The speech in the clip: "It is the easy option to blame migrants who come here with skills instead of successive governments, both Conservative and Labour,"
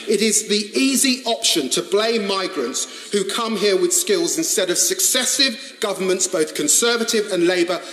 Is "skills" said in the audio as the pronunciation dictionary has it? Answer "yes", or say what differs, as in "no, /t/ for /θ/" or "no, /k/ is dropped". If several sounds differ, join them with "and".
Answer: yes